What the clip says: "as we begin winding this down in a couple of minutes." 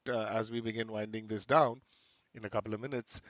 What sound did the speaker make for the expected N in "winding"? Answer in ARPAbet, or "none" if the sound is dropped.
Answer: N